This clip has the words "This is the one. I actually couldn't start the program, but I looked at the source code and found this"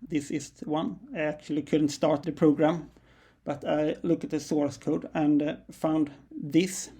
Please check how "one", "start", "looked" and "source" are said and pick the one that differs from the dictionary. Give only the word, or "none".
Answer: looked